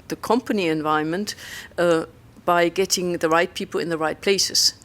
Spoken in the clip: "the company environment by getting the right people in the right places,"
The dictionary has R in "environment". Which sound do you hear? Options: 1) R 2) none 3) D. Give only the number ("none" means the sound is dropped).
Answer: 2